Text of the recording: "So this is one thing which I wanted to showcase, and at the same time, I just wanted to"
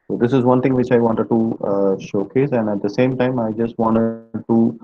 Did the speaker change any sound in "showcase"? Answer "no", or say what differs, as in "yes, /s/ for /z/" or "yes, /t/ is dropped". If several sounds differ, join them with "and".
no